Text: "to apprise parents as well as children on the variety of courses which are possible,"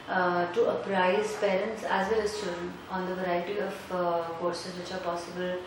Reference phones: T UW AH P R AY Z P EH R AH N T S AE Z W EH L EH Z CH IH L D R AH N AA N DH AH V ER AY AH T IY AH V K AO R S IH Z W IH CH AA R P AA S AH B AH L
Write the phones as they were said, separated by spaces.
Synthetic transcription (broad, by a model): T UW AH P R AY Z P EH R AH N T S AE Z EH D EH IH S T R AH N AA N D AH V ER AY AH T IY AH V K AO R S IH Z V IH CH AA R P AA S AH B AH L